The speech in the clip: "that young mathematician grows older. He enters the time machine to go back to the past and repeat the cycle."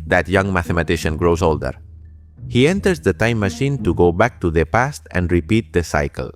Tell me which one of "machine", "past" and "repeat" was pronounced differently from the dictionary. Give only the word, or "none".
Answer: none